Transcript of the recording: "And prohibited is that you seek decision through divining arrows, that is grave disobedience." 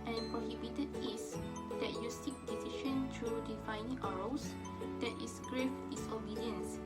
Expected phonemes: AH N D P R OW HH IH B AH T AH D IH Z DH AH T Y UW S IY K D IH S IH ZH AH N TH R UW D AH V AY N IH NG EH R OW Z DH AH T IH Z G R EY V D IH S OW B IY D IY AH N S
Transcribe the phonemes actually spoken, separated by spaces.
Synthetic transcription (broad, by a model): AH N P R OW HH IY B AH T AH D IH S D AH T Y UW S IY K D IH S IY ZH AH N T R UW D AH F AY N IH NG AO R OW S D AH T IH S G R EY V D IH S OW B IY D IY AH N S